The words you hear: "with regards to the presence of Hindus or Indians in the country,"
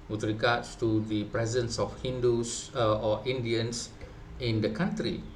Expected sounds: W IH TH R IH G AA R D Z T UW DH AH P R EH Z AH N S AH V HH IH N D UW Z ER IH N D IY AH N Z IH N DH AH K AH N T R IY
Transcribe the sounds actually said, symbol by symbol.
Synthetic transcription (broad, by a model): W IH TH R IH G AA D S T UW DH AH P R EH Z AH N S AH F HH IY N D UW S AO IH N D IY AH N S IH N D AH K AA N T R IY